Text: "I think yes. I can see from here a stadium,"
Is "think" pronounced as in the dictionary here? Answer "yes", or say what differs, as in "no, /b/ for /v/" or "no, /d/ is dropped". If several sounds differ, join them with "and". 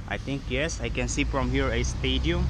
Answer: no, /t/ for /θ/